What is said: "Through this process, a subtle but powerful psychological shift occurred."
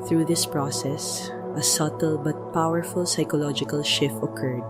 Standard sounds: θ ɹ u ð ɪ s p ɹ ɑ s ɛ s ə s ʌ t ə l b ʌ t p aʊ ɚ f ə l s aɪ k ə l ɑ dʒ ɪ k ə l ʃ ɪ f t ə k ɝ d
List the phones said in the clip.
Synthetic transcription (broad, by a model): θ ɹ u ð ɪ s p ɹ ɑ s ɛ s ə s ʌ t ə l b ʌ t p aʊ ɚ f ə l s aɪ k ə l ɑ dʒ ɪ k ə l ʃ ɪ f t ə k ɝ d